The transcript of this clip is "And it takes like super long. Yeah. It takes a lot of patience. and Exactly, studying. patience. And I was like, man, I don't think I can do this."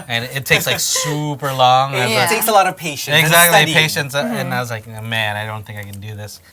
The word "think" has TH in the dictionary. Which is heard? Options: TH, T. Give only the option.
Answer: TH